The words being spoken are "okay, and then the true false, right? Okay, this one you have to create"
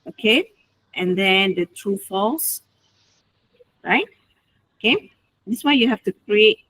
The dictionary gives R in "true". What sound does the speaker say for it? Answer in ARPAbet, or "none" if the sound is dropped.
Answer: R